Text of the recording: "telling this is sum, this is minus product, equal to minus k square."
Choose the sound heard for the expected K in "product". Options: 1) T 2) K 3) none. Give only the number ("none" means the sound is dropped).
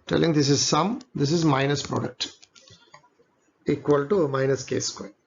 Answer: 2